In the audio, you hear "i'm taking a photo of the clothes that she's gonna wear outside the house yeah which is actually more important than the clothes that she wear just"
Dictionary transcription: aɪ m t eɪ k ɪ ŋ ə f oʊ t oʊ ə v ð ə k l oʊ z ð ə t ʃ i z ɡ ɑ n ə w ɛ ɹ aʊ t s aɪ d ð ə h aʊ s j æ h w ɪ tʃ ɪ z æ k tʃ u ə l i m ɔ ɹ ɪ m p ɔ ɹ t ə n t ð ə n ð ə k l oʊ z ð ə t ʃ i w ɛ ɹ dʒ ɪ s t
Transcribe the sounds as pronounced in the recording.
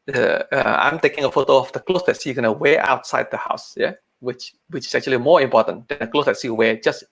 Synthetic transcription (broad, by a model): aɪ m t eɪ k ɪ ŋ ə f oʊ t oʊ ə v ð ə k l oʊ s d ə t s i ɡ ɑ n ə w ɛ aʊ t s aɪ d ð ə h aʊ s j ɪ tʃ w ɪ tʃ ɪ s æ k tʃ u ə l i m ɔ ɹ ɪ m p ɔ t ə n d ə n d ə k l oʊ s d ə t s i w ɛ dʒ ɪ s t